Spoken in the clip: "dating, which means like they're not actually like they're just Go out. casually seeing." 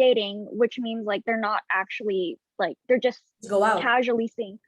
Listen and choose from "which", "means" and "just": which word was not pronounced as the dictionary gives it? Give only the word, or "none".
none